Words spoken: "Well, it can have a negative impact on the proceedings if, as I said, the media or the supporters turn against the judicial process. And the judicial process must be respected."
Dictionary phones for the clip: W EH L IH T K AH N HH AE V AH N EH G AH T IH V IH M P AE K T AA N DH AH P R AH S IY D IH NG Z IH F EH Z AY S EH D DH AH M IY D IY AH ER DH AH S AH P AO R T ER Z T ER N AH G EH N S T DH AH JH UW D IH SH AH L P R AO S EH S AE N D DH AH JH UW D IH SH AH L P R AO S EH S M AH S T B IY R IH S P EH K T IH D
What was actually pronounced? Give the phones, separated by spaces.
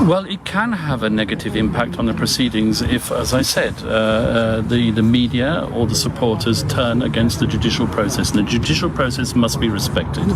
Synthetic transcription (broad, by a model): W EH L IH T K AH N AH V AH N EH G AH T IH V IH M P AE K T N DH AH P R AH S IY D IH NG Z IH F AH Z AY S EH D DH AH M IY D IY AH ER DH AH S AH P AO R T ER Z T ER N AH G EH N S T DH AH JH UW D IH SH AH L P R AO S EH S N DH AH JH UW D IH SH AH L P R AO S EH S M AH S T B IY R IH S P EH K T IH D